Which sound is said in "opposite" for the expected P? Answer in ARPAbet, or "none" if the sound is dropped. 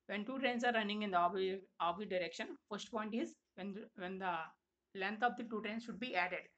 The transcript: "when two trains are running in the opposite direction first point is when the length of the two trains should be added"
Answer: B